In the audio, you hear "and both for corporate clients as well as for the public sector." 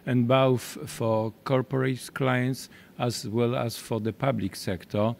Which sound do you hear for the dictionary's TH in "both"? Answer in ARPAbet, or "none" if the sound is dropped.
F